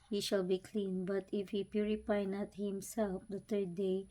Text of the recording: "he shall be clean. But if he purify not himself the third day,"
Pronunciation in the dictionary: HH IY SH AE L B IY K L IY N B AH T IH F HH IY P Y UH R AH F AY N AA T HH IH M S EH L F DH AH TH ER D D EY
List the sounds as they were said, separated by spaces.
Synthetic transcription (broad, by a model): HH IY SH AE L B IY K L IY N B AH T IH F HH IY P Y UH R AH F AY N AA T HH IH M S EH L F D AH T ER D D EY